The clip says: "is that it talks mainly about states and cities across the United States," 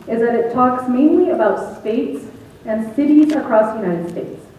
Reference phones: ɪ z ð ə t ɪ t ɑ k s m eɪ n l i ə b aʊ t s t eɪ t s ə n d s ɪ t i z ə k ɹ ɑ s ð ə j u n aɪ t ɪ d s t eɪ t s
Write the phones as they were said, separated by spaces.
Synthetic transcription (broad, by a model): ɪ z ð ə t ɪ t ɑ k s m eɪ n l i ə b aʊ t s t eɪ t s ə n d s ɪ t i z ə k ɹ ɑ s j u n aɪ t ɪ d s t eɪ t s